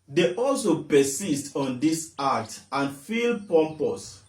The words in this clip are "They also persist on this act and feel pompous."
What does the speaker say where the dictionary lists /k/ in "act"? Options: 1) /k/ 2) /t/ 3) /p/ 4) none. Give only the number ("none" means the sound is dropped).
4